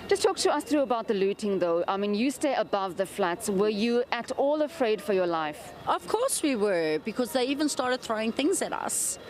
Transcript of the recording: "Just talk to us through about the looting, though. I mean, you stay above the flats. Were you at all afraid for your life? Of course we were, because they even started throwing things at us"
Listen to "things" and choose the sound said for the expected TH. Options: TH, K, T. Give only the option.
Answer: TH